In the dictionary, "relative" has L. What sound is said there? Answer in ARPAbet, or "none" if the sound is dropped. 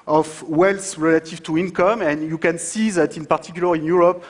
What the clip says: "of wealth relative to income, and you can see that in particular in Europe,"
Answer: L